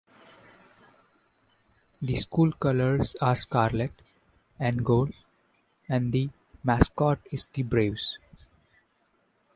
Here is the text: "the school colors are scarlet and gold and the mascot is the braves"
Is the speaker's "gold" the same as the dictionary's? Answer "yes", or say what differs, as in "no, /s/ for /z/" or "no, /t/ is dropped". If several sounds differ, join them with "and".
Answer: no, /d/ is dropped